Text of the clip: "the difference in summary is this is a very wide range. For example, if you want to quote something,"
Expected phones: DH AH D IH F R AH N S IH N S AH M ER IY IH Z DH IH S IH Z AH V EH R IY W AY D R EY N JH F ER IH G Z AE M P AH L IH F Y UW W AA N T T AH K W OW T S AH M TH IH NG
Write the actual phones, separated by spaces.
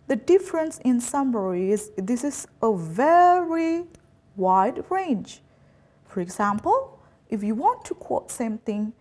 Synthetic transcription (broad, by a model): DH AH D IH F R AH N S IH N S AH M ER IY IH Z DH IH S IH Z AH V EH R IY W AY D R EY N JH F ER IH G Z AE M P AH L IH F Y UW W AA N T T AH K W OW T S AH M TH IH NG